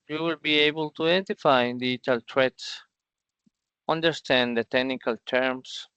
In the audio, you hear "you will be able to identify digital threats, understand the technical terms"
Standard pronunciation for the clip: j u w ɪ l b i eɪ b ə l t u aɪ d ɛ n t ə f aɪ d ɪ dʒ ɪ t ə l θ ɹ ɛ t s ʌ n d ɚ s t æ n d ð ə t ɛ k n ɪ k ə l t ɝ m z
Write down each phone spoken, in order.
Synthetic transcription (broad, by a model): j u w ɪ l b i eɪ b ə l t u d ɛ n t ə f aɪ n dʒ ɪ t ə l t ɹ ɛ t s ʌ n d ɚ s t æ n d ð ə t ɛ k n ɪ k ə l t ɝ m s